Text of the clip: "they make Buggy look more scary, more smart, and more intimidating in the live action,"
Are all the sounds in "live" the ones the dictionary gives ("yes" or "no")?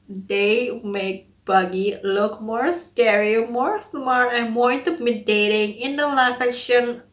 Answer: no